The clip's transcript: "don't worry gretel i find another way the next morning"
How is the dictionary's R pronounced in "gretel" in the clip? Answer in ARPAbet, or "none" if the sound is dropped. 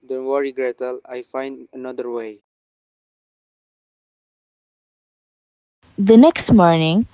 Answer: R